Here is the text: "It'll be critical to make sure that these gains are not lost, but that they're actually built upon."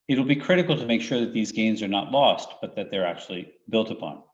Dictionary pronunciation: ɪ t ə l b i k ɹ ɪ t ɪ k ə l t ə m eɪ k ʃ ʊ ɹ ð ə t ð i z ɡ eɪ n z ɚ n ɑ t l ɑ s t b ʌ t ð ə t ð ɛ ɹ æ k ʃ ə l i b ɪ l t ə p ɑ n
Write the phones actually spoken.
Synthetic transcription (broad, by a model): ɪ t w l b i k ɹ ɪ t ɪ k l t ə m eɪ k ʃ ʊ ɹ ð ə t ð i z ɡ eɪ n z ɚ n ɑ t l ɑ s t b ʌ t ð ə t ð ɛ ɹ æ k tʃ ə l i b ɪ l t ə p ɑ n